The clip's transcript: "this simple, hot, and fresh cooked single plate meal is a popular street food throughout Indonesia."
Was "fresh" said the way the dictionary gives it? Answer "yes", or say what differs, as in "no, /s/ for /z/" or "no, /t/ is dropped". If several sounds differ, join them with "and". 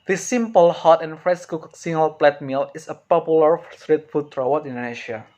no, /s/ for /ʃ/